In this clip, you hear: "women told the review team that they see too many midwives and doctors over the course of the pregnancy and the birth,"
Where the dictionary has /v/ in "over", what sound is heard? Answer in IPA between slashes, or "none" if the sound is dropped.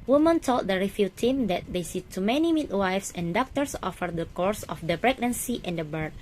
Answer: /f/